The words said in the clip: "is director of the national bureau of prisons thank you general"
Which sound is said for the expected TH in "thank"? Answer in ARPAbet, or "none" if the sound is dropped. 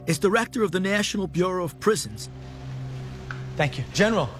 TH